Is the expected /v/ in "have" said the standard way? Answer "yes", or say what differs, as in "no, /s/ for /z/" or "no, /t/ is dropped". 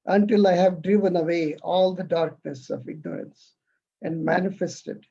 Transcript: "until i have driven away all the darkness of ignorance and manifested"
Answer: yes